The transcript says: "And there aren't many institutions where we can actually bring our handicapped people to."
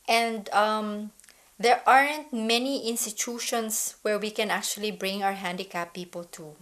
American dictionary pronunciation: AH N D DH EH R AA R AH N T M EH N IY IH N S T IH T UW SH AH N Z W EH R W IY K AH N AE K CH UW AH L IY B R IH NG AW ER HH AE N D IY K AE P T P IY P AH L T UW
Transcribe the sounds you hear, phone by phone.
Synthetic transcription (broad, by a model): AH N D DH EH R AA R AH N T M EH N IY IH N S T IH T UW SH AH N S W EH R W IY K AH N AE K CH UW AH L IY B R IH NG AW ER HH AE N D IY K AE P P IY P AH L T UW